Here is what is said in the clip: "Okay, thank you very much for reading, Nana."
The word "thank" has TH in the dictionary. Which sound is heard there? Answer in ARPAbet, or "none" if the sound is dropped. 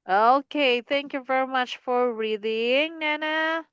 TH